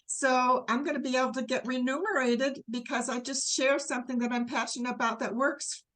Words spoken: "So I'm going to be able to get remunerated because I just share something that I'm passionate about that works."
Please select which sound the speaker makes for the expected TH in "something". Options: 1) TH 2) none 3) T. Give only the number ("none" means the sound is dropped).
1